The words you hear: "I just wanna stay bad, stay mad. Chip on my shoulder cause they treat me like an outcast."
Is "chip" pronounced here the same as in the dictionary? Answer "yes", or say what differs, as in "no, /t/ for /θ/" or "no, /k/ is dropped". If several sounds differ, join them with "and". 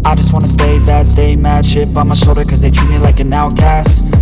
no, /ʃ/ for /tʃ/